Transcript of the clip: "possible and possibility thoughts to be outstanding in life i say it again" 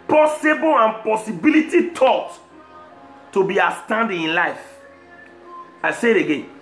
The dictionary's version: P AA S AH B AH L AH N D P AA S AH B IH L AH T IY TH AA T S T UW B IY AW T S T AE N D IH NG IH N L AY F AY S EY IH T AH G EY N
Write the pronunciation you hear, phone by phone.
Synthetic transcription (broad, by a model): P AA S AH B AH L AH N P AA S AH B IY L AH T IY T AA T T UW B IY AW S T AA N D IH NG IH N L AY F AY S EY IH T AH G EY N